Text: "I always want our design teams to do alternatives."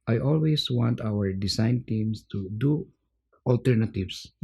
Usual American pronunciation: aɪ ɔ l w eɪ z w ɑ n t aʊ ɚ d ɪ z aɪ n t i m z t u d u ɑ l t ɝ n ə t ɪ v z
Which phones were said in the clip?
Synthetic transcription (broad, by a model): aɪ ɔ l w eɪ s w ɑ n t aʊ ɚ d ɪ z aɪ n t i m s t u d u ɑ l t ɝ n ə t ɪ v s